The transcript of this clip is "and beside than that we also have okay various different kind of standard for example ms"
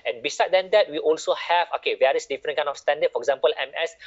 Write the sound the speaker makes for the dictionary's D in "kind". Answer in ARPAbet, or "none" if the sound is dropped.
none